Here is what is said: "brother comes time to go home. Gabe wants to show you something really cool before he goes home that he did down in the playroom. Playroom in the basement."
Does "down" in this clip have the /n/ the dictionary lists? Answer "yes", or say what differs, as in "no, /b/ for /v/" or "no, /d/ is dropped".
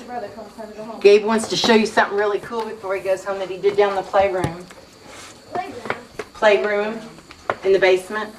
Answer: no, /n/ is dropped